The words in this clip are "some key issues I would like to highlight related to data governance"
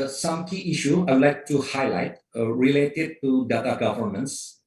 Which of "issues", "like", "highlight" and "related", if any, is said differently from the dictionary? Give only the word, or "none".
issues